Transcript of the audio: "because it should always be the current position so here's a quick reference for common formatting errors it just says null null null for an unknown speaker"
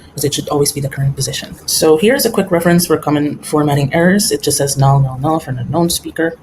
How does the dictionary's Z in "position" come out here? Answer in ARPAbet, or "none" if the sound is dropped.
Z